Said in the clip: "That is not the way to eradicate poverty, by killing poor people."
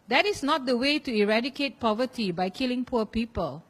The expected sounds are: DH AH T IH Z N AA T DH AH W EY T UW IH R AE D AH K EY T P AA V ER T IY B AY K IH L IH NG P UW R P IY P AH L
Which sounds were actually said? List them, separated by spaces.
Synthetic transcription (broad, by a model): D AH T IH S N AA T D AH W EY T UW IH R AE D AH K EY T P AA V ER T IY B AY K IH L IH NG P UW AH P IY P AH L